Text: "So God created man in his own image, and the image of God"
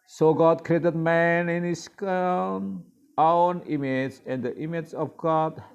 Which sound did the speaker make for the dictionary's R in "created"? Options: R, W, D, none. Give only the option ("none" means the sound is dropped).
R